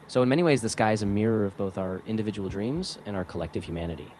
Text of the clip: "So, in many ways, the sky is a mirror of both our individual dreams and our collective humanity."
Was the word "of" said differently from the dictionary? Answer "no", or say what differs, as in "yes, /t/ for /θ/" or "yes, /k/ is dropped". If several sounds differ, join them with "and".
no